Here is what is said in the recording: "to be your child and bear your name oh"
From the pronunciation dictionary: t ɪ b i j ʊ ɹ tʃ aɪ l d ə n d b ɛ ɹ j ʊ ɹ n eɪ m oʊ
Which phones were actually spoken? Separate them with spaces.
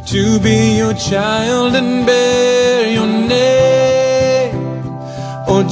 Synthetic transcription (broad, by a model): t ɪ b i j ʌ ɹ tʃ aɪ l d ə n b ɛ ɹ j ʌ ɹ n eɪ oʊ